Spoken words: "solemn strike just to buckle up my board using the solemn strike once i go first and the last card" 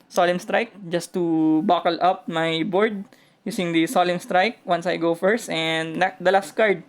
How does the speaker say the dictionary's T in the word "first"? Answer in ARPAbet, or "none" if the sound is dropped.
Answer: T